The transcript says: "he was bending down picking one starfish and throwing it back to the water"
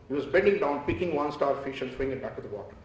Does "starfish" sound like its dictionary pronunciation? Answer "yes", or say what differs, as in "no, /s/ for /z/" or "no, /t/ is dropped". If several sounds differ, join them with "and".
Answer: yes